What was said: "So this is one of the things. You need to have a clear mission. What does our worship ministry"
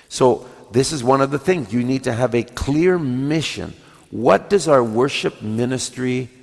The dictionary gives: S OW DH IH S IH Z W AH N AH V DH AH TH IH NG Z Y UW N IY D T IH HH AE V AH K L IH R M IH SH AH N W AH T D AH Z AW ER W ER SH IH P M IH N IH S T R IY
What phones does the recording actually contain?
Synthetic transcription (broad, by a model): S OW DH IH S IH Z W AH N AH V DH AH TH IH NG Z Y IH N IY D T IH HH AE V AH K L IH R M IH SH AH N W AH T D AH Z AW ER W ER SH IH P M IH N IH S T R IY